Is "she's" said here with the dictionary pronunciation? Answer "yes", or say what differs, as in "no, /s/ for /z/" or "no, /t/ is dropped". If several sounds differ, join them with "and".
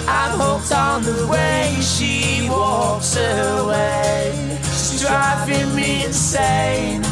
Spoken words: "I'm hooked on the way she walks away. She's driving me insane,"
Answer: no, /s/ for /z/